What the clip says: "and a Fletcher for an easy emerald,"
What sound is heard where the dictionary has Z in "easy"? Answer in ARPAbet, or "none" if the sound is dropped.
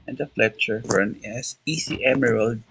S